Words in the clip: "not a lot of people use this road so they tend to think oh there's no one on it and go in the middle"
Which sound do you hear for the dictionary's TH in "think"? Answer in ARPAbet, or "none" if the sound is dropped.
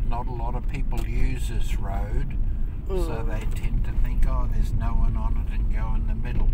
TH